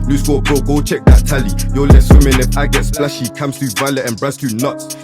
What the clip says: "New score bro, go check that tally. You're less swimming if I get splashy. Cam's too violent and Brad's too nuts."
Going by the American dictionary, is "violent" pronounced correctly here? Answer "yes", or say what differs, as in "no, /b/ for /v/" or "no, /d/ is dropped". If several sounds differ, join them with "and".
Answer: no, /n/ is dropped